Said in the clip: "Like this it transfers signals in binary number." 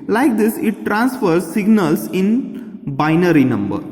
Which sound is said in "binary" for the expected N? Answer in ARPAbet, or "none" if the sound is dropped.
N